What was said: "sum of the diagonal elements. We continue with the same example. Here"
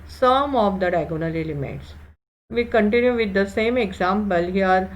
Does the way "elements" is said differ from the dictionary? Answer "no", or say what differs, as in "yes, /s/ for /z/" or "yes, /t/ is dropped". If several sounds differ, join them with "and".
yes, /n/ is dropped